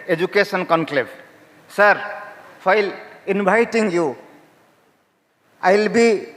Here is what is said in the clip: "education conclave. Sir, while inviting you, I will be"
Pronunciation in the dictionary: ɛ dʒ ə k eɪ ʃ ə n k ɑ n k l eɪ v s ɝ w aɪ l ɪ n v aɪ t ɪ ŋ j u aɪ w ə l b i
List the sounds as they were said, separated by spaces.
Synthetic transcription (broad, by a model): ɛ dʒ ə k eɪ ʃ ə n k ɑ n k l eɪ b s ɝ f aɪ l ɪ n b aɪ t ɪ ŋ j u aɪ l b i